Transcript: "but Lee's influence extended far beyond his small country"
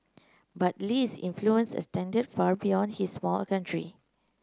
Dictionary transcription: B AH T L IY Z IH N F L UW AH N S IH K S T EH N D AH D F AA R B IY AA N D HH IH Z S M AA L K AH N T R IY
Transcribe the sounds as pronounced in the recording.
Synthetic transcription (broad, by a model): B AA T L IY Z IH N F L UW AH N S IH S T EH N D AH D F AA R B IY AA N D HH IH S M AA L K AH N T R IY